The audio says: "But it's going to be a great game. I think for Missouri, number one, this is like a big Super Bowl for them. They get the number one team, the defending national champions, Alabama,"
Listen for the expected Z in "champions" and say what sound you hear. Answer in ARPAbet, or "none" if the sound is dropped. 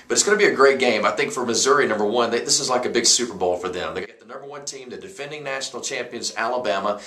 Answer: Z